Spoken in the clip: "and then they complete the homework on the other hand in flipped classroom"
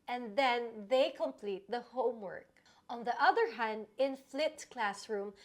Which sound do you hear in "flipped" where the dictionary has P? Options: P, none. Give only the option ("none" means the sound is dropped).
none